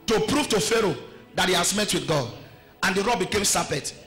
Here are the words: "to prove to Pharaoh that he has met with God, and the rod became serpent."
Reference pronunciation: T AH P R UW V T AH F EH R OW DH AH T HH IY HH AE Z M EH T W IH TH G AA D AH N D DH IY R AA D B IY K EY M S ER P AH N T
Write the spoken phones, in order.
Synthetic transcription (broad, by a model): T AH P R UW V T AH F EH R OW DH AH T HH IY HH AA S M EH T W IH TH G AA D AH N D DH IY R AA B IY K EY M S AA P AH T